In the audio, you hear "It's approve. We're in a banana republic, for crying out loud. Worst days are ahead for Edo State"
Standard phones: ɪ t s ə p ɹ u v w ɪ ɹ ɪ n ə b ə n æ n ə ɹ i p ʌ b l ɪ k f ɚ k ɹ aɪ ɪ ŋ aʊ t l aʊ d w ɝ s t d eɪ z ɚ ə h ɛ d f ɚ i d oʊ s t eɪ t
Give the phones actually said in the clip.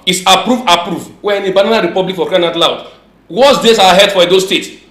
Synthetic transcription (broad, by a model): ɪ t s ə p ɹ u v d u w ɪ n ə b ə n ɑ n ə ɹ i p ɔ b l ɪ k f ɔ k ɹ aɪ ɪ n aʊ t l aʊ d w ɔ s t d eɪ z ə h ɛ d f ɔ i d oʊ s t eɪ t